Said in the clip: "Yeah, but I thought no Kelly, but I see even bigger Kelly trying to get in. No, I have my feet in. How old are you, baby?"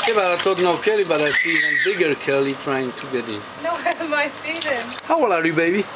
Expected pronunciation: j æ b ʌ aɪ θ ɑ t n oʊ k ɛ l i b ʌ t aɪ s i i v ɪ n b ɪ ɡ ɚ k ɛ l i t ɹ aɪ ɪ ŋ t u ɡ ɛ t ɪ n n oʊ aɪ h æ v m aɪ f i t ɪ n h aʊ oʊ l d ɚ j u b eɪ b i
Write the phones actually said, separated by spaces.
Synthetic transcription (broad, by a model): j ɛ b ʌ aɪ t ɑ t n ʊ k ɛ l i b ʌ t aɪ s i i ɪ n b ɪ ɡ ɚ k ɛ l i t ɹ aɪ ɪ ŋ t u ɡ ɛ t ɪ n n oʊ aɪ m aɪ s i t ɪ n h aʊ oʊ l ɚ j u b eɪ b i